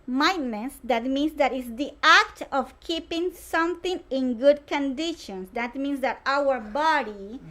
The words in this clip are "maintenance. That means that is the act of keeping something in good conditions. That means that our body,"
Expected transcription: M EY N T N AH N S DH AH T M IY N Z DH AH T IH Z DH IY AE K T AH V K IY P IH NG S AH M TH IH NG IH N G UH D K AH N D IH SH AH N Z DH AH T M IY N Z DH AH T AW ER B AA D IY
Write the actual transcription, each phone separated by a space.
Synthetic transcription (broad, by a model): M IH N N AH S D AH T M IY N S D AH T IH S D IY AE K T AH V K IY P IH NG S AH M T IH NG IH N G UH D K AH N D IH SH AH N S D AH T M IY N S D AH T AW ER B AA D IY